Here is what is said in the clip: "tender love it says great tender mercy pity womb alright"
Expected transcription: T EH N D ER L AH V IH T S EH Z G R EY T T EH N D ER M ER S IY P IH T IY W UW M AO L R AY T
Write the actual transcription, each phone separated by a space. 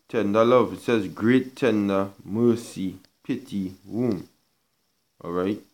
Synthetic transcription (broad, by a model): T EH N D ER L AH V IH T S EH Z G R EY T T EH N D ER M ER S IY P IH T IY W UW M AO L R AY T